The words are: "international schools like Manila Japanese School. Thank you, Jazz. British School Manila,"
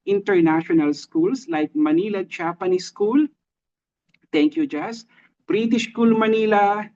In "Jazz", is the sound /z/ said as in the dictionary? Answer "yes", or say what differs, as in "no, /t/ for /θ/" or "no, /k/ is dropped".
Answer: no, /s/ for /z/